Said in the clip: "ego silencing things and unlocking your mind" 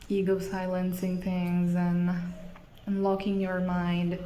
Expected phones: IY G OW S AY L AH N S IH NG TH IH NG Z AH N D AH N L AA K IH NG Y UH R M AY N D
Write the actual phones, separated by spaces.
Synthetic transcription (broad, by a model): IY G OW S AY L AH N S IH NG TH IH NG Z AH N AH N L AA K IH NG Y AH R M AY N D